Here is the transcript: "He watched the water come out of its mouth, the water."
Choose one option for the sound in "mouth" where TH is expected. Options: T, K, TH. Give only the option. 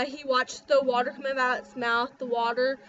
TH